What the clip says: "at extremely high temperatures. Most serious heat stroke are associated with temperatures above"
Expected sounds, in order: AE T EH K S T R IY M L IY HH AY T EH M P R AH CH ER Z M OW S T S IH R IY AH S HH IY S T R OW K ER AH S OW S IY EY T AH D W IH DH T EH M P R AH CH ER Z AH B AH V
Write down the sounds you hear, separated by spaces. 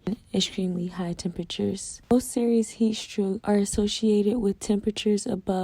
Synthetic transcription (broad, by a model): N EH K S T R IY M L IY HH AY T EH M P R AH CH ER Z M OW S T S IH R IY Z HH IY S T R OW ER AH S OW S IY EY T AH D W IH DH T EH M P R AH CH ER Z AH B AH